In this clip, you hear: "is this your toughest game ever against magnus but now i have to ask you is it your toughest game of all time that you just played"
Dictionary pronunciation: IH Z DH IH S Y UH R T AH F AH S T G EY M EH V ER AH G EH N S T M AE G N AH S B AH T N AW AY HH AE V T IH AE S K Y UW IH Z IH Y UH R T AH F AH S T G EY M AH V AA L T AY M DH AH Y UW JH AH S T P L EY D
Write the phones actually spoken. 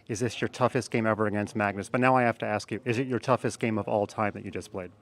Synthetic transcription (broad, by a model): IH Z DH IH S Y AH R T AH F AH S T G EY M EH V ER AH G EH N S T M AE G N AH S B AH T N AW AY HH AE F T IH AE S K Y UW IH Z IH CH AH R T AH F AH S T G EY M AH V AA L T AY M DH AH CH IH JH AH S P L EY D